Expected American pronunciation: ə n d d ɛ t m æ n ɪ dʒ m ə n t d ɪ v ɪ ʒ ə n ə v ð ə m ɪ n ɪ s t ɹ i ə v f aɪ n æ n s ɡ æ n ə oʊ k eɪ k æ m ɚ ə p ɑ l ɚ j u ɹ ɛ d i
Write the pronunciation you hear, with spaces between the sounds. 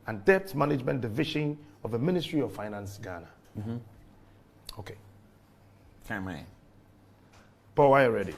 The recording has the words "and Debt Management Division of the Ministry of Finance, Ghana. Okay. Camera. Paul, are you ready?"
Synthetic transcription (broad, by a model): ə n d d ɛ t m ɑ n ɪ dʒ m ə n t d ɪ v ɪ ʃ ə n ə v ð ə m ɪ n ɪ s t ɹ i ə v f aɪ n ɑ n s ɡ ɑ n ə oʊ k eɪ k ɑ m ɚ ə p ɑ w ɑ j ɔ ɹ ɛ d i